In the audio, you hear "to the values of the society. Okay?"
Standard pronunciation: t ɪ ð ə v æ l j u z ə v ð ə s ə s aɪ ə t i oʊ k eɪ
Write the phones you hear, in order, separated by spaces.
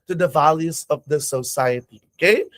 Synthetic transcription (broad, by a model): t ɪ ð ə v æ l j u z ə v ð ə s ə s aɪ ə t i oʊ k eɪ